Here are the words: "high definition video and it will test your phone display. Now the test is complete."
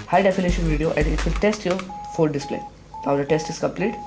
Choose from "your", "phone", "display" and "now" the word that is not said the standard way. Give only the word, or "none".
phone